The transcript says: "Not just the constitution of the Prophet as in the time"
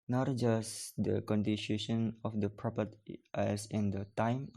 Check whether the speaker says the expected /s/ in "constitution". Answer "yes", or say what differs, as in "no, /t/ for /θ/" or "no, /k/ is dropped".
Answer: no, /s/ is dropped